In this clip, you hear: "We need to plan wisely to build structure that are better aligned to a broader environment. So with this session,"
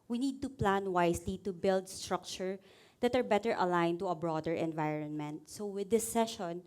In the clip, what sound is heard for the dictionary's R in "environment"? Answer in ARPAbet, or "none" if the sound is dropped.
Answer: R